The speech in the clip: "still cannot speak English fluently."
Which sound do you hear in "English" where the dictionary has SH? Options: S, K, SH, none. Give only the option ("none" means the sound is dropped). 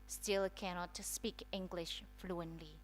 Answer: SH